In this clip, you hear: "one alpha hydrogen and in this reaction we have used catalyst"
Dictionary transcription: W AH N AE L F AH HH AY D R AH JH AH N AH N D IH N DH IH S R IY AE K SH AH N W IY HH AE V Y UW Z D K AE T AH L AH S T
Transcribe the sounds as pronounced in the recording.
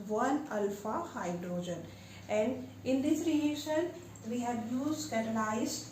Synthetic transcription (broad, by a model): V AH N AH L F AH HH AY D R AH JH AH N AH N D IH N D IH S R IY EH SH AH N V IY HH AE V Y UW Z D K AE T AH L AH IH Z